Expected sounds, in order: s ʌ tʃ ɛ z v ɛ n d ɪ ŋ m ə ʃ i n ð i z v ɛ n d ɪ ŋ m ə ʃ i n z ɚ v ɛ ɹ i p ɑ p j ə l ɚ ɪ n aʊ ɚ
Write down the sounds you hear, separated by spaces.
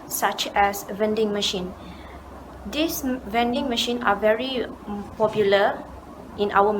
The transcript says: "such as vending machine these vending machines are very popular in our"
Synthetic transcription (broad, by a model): s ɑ tʃ ɛ s v ɛ n d ɪ ŋ m ə ʃ i n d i s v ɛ n d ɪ ŋ m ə ʃ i n ɑ v ɛ ɹ i p ɑ p j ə l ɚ ɪ n aʊ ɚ